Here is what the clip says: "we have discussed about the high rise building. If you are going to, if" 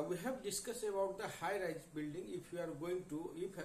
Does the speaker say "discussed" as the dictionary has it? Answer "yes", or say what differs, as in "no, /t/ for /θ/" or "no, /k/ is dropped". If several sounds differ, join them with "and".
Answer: no, /t/ is dropped